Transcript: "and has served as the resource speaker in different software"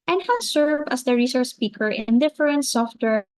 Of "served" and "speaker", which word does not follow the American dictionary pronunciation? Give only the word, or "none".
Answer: served